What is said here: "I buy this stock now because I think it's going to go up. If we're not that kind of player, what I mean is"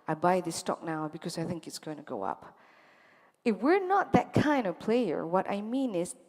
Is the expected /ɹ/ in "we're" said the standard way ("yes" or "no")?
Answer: yes